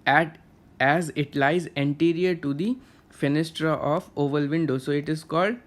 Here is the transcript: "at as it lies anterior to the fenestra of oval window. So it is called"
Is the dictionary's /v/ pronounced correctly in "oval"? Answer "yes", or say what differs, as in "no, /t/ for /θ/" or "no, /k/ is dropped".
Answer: yes